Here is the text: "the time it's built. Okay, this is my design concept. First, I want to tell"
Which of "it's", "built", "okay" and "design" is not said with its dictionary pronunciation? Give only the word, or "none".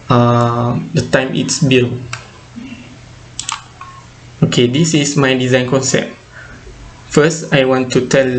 built